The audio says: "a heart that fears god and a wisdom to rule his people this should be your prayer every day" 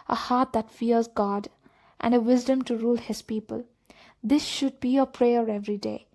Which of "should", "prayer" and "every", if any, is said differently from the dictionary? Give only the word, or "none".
none